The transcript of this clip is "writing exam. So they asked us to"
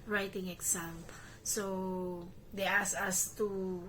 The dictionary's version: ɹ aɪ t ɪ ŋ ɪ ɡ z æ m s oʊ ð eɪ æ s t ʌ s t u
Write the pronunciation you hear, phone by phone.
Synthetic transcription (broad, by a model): ɹ aɪ t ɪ ŋ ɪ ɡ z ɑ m s oʊ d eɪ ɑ s ʌ s t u